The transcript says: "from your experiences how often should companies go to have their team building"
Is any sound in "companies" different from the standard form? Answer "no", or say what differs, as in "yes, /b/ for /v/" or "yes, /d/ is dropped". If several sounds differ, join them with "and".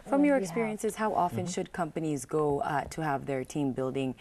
no